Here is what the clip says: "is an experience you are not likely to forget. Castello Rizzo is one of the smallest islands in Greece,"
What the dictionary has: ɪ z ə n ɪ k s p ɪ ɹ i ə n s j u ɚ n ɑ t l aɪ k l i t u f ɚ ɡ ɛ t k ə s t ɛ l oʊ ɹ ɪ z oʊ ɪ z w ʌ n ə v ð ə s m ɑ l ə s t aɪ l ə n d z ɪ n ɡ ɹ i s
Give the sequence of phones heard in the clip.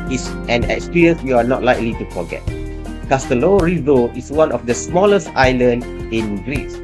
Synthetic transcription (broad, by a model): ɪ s ə n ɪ k s p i ɹ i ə n s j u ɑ n ɑ t l aɪ k l i t u f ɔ ɡ ɛ t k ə s t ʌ l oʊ ɹ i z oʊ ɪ s w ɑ n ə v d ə s m ɑ l ə s t aɪ l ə n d ɪ n ɡ ɹ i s